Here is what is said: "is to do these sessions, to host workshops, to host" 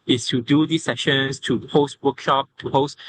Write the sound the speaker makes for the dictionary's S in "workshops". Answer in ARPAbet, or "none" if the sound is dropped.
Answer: none